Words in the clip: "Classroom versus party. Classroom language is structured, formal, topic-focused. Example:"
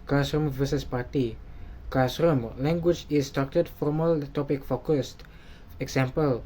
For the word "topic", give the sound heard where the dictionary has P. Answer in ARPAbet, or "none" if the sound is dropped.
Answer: P